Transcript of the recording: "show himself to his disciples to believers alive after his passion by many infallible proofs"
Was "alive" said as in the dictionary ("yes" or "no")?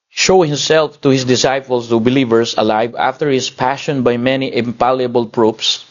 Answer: yes